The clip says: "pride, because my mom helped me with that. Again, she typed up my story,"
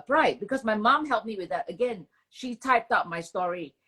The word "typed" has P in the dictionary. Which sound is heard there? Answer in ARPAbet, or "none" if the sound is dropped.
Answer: P